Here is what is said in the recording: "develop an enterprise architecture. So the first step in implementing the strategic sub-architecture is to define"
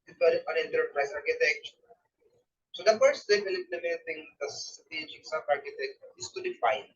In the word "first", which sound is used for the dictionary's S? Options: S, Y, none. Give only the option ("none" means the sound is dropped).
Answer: none